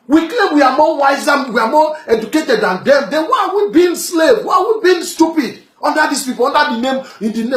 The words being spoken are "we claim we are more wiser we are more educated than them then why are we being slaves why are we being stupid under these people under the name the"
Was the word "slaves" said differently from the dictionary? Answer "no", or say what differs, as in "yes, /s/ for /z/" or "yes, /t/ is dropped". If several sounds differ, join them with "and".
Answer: yes, /z/ is dropped